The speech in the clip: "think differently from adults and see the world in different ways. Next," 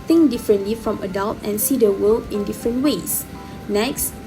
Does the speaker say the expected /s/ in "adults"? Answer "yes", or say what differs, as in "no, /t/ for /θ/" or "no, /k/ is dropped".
no, /s/ is dropped